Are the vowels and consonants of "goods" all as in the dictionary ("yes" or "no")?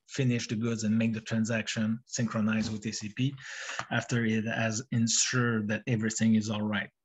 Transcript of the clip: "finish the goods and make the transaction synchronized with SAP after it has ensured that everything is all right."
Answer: yes